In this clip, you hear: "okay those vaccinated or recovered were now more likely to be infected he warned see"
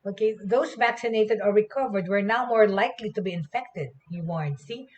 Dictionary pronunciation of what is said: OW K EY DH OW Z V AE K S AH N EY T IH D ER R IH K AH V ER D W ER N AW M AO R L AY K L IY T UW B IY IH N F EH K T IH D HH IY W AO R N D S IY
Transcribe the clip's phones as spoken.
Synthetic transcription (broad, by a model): OW K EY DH OW S V AE K S AH N EY T IH D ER R IH K AH V ER D W ER N AW M AO R L AY K L IY T UW B IY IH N F EH K T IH D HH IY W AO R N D S IY